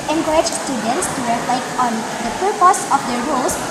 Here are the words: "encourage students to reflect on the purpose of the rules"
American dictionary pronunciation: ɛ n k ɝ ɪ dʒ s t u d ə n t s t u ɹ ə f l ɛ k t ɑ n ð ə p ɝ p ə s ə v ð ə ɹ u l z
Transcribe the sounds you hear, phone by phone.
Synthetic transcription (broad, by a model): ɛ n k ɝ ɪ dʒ s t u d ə n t s t u ɹ ə f l ɛ k t ɑ n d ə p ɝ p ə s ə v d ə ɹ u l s